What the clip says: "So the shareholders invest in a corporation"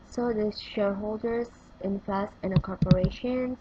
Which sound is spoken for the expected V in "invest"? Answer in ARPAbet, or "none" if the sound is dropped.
F